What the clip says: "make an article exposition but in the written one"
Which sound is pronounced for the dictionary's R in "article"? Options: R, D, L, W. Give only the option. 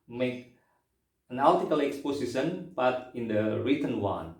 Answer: L